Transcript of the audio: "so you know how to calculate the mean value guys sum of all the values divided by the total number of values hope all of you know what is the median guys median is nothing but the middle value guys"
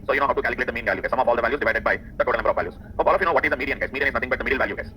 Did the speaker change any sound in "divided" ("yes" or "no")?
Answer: no